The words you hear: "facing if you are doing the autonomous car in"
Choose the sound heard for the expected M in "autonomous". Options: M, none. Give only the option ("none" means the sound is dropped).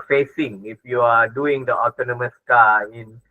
M